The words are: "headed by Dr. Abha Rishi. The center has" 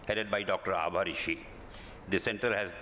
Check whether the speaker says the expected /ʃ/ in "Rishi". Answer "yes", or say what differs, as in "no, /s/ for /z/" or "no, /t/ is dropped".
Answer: yes